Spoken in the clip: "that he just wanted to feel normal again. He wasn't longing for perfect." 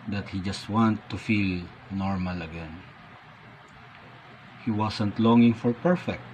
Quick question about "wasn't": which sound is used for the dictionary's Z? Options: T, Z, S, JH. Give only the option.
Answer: S